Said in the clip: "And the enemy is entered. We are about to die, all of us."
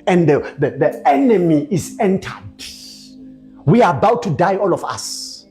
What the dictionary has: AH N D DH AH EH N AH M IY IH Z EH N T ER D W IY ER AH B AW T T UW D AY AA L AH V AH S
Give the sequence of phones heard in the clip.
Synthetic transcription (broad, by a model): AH N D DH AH EH N AH M IY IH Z EH N T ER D W IY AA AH B AW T T UW D AY AA L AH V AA S